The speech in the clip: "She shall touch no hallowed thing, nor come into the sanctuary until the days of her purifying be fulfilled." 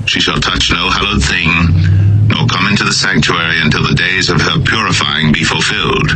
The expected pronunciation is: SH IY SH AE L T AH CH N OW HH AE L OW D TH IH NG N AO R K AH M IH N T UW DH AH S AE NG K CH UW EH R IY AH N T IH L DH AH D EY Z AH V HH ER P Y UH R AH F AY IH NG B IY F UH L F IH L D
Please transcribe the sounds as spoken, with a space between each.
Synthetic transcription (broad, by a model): SH IY SH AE L T AH CH N OW HH AE L OW D TH IH NG N AO R K AH M IH N T UW DH AH S AE NG K CH UW EH R IY AH N T IH L DH AH D EY Z AH V ER P Y UH R AH F AY IH NG B IY F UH L F IH L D